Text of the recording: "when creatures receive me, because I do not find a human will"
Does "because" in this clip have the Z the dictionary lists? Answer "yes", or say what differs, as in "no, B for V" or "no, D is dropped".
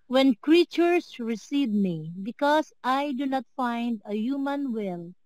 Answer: no, S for Z